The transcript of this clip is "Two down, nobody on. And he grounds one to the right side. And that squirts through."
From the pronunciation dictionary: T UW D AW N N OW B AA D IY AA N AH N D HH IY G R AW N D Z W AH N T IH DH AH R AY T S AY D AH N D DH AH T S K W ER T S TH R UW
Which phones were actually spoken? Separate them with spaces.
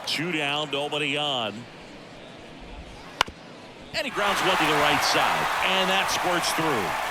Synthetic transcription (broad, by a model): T UW D AW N N OW B AA D IY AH N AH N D IY G R AW N D Z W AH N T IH DH AH R AY T S AY D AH N DH AH T S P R T S TH R UW